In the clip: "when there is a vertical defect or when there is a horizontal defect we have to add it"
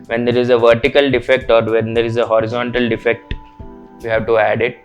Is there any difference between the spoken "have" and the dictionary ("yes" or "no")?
no